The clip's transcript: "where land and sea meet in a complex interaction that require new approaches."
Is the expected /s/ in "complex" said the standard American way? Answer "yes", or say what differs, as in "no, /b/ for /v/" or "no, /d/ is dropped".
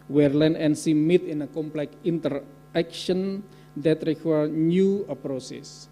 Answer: no, /s/ is dropped